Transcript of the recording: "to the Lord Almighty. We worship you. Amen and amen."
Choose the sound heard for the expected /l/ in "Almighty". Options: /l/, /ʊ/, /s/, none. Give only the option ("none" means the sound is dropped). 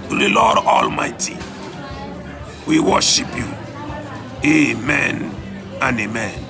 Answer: /l/